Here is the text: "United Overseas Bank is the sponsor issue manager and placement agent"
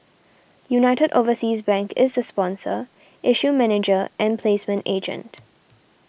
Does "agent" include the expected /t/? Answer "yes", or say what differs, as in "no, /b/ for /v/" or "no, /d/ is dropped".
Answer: yes